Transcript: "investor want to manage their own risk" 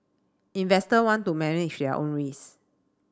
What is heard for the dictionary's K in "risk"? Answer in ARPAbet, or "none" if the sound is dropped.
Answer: none